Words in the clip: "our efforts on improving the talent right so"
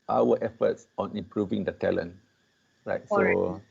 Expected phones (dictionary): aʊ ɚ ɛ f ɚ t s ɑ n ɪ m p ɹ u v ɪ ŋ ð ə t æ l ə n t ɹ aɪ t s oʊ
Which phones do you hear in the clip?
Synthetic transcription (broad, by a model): aʊ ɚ ɛ f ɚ t s ɑ n ɪ m p ɹ u v ɪ ŋ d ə t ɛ l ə n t ɹ aɪ t s oʊ